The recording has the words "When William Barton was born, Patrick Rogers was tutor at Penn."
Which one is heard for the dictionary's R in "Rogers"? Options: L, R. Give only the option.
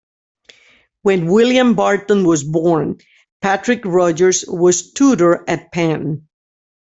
R